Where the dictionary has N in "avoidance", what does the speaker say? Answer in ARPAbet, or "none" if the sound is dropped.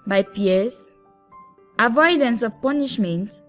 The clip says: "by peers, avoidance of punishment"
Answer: N